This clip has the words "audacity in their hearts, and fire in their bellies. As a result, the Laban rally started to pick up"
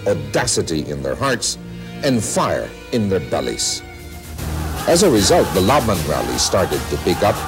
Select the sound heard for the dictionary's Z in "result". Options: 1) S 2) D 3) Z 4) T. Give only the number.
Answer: 3